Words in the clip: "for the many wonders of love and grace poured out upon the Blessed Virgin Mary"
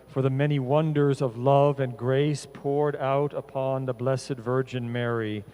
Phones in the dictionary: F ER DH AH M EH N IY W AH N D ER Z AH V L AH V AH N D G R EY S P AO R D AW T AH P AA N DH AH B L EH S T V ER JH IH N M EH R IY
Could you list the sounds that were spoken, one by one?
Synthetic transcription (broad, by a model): F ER DH AH M EH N IY W AH N D ER Z AH V L AH V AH N G R EY S P AO R D AW T AH P AA N DH AH B L EH S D V ER JH IH N M EH R IY